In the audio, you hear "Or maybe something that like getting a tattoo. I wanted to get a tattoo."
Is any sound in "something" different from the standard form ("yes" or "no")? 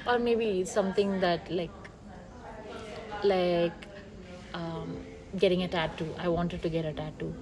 yes